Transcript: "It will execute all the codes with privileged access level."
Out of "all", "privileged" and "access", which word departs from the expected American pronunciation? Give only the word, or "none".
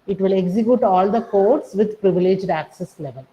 none